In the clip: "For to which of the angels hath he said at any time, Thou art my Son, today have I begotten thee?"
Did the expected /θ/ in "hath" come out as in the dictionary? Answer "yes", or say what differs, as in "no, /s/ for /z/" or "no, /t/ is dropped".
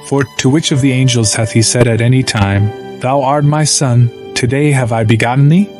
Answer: yes